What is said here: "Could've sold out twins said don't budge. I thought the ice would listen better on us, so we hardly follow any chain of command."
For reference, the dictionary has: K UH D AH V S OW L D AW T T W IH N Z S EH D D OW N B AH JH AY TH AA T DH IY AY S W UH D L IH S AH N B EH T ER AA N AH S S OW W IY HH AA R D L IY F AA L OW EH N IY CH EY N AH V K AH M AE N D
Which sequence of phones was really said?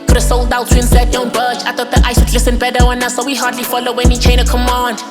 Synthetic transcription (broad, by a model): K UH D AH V S OW L D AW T S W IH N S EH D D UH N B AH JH AY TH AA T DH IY AY S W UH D L IH S AH N B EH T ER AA N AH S S OW W IY HH AA R D L IY F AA L OW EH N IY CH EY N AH K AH M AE N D